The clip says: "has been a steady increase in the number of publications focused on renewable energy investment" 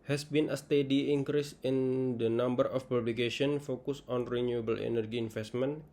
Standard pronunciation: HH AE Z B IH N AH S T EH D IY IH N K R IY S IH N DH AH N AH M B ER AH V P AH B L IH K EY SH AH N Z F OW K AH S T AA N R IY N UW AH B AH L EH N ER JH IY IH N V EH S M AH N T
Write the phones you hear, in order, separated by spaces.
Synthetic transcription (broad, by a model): HH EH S B IH N AH S T EH D IY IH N K R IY S IH N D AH N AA M B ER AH F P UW B L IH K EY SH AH N F OW K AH S AA N R IY N UW AH B AH L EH N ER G IY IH N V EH S M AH N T